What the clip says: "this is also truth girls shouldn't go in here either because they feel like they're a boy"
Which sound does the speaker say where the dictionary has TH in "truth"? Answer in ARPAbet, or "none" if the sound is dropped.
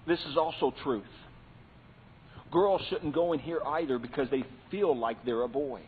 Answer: TH